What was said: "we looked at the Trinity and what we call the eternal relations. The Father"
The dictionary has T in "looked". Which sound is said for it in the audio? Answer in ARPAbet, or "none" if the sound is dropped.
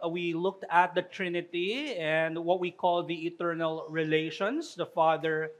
T